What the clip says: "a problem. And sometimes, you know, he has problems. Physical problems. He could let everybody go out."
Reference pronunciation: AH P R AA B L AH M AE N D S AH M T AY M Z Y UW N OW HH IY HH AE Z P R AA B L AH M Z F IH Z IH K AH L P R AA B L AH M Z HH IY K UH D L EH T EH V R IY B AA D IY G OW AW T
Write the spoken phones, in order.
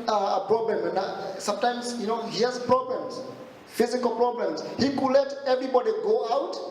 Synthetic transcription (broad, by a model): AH P R AA B L AH M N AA S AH M T AY M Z Y UW N OW HH IY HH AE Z P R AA B L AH M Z F IH Z IH K AH L P R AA B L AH M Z HH IY K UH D L EH T EH V R IY B AA D IY G OW AW T